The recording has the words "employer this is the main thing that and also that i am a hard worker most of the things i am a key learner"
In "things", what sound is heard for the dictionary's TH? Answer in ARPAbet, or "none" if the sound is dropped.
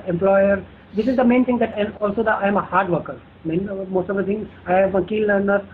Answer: T